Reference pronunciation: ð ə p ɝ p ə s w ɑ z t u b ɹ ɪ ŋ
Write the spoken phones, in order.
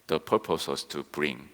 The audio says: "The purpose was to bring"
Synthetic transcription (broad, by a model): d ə p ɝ p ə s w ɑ s t u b ɹ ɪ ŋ